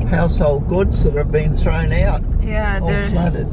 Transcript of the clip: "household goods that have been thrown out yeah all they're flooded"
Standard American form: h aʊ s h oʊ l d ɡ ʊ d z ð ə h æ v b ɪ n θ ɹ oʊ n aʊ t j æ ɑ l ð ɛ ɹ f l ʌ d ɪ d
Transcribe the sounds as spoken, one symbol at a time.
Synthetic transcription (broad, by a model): h aʊ s h oʊ l d ɡ ʊ d z ð ə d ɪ v b ɪ n θ ɹ oʊ n aʊ t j ɑ l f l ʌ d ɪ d